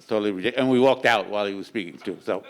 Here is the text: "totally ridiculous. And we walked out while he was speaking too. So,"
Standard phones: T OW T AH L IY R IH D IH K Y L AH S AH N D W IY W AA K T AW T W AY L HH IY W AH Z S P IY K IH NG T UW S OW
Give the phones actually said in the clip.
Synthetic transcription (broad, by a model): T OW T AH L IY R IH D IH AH AH N W IY W AA K T AW T W AY L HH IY W AH Z S P IY K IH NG T UW S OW